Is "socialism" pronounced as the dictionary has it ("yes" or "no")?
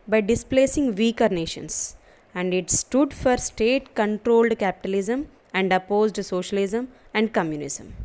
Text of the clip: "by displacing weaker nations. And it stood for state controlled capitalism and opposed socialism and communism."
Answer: yes